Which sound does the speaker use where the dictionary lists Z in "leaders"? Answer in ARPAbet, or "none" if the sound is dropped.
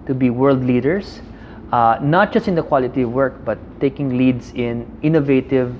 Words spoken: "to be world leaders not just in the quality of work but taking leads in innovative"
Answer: S